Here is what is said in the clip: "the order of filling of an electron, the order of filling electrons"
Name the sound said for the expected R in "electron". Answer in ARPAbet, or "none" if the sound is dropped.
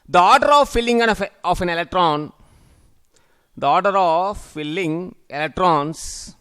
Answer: R